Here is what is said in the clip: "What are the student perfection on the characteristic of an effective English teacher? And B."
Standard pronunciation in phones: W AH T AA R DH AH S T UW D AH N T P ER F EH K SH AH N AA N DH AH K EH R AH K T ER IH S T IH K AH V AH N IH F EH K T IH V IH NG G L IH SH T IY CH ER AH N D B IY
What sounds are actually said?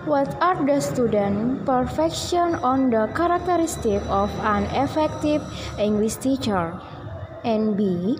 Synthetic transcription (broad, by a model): W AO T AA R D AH S T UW D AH N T P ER F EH K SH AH N AA N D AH K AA R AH K T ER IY S T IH K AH F AH N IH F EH K T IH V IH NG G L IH S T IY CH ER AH N B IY